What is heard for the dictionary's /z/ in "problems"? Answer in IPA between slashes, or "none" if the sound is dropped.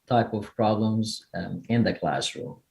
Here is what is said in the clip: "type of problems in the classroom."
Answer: /z/